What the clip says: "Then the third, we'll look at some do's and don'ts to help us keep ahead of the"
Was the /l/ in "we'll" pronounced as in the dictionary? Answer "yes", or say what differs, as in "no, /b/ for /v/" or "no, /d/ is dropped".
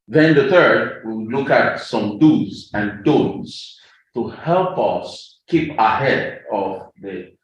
no, /w/ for /l/